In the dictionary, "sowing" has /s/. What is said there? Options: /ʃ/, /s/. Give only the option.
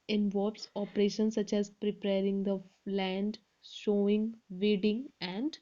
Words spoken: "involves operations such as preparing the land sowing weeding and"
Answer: /ʃ/